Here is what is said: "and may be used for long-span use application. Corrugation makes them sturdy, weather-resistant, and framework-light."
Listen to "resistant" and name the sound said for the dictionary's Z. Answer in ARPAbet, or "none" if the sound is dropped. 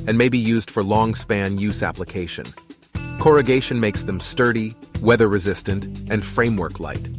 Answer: Z